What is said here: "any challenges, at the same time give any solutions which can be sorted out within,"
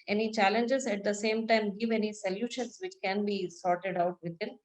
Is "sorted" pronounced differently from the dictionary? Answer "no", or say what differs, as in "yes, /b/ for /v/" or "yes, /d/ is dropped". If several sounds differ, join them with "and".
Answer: no